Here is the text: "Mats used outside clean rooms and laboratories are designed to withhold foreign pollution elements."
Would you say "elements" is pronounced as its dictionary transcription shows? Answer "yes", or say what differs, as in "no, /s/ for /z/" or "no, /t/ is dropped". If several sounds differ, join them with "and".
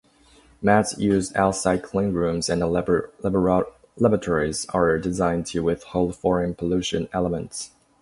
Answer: yes